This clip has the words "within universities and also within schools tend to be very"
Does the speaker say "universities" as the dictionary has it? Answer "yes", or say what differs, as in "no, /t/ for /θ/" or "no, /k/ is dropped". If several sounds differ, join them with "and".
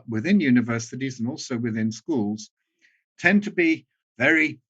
yes